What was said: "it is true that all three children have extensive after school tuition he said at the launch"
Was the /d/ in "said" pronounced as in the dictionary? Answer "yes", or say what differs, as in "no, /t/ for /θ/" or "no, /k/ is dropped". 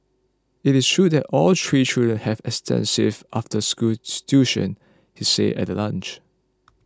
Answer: no, /d/ is dropped